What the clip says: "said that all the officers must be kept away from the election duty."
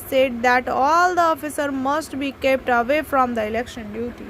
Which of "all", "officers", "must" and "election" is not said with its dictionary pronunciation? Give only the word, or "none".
officers